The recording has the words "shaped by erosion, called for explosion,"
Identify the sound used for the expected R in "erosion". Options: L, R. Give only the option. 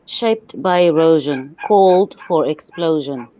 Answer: R